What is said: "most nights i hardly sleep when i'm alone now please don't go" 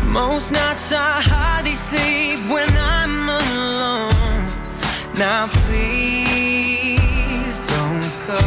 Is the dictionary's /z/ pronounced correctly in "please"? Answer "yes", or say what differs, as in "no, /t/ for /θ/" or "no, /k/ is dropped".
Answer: yes